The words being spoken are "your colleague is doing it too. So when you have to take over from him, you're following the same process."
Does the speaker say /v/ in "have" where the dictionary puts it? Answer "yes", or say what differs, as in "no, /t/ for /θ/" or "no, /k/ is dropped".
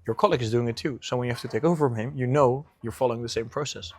no, /f/ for /v/